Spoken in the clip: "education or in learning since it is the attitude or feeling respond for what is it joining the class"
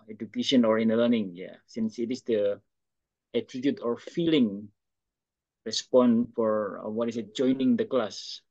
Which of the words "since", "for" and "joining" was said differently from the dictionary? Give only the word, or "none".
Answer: none